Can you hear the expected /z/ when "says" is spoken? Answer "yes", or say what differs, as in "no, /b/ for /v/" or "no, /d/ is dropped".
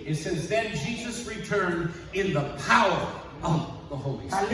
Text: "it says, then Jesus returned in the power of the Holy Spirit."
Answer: no, /s/ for /z/